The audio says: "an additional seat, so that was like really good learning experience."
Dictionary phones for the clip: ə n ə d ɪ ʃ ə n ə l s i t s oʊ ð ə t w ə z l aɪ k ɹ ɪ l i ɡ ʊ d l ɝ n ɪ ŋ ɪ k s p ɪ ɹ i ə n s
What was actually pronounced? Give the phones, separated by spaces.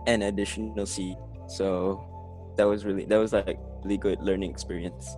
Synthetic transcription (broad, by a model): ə n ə d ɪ ʃ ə ə l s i t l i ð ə t w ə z l aɪ k ɹ ɪ l i ɡ ʊ d l ɝ n ɪ ŋ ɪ k s p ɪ ɹ i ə n s